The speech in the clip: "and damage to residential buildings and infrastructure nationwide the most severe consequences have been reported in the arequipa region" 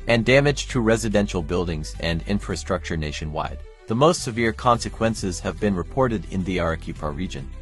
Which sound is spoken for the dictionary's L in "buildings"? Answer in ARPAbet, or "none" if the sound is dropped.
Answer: L